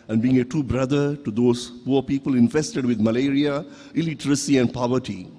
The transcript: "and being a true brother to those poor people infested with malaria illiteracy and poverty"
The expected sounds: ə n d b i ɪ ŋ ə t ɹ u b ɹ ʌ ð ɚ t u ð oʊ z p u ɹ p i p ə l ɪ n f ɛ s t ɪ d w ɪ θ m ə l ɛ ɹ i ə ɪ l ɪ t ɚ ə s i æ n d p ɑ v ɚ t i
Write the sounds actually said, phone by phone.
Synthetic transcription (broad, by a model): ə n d b i ɪ ŋ ə t u b ɹ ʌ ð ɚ t u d oʊ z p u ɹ p i p ə l ɪ n f ɛ s t ɪ d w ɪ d m ə l ɛ ɹ i ə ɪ l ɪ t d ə s i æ n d p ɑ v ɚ t i